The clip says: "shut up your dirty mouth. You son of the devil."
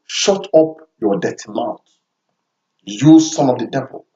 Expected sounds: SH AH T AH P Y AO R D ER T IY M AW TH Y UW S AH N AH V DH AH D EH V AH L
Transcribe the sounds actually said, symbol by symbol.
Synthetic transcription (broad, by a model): SH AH T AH P Y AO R D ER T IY M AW T Y UW S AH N AH V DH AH D EH V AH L